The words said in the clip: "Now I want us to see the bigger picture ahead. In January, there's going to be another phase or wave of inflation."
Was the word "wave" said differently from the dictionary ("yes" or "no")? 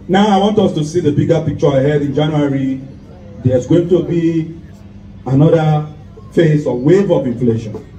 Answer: no